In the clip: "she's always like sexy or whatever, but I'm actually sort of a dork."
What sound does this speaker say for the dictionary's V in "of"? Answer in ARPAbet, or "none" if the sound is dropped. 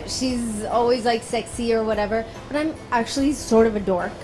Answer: V